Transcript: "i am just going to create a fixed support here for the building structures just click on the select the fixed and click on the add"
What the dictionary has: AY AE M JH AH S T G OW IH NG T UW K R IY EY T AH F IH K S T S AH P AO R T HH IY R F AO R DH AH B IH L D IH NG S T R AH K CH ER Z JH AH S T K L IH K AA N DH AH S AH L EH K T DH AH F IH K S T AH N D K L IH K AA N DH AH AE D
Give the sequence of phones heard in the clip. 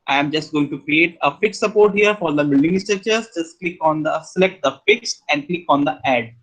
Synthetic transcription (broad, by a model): AY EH M JH AH S T G OW IH NG T UW K R IY EY T AH F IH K S S AH P AO R T HH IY R F AO R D AH B IH L D IH NG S T AH CH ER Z JH AH S T K L IH K AA N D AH S AH L EH K T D AH F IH K S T AH N D K L IH K AA N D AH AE D